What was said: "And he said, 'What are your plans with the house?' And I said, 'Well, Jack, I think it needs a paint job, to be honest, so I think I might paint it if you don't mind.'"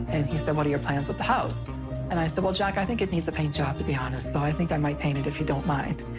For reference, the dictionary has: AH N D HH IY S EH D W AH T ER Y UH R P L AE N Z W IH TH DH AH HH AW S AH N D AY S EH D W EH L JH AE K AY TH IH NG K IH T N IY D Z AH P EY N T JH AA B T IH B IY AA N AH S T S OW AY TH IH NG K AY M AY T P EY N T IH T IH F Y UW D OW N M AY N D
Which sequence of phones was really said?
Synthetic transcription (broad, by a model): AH N IY S EH D W AH T ER Y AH R P L AE N Z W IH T DH AH HH AW S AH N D AY S EH D W EH L JH AE K AY TH IH NG K IH T N IY D Z AH P EY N JH AA B T IH B IY AA N AH S T S OW AY TH IH NG K AY M AY T P EY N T IH T IH F Y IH D OW N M AY N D